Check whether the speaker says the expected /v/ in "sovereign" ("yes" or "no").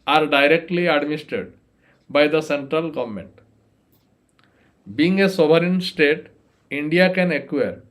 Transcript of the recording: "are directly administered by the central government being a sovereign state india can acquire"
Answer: no